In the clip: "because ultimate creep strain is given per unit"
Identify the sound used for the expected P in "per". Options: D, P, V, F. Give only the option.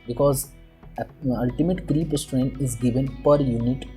P